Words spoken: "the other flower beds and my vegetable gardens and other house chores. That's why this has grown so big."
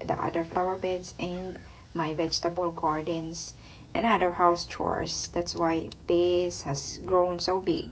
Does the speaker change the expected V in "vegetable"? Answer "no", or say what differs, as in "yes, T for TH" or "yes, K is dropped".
no